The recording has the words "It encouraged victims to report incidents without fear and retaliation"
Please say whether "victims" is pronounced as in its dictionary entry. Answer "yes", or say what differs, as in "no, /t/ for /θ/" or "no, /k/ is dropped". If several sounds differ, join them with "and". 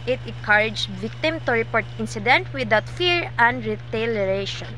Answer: no, /z/ is dropped